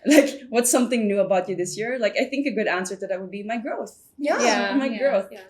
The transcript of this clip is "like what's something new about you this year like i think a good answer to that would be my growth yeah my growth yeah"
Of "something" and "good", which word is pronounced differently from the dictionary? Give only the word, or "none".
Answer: none